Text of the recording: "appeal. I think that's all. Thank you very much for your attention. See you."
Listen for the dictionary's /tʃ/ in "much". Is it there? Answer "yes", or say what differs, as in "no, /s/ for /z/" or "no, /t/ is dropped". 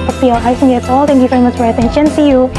no, /s/ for /tʃ/